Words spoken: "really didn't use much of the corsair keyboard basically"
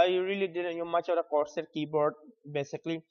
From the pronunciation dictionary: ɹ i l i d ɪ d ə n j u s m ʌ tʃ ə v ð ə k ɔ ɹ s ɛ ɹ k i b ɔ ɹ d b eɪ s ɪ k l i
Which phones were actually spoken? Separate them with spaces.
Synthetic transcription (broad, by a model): ɹ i l i d ɪ d ə n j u m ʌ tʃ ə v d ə k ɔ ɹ s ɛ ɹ k i b ɔ ɹ d b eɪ s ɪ k l i